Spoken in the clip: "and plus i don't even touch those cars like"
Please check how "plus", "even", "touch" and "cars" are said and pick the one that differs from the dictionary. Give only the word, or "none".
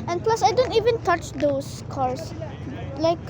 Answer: cars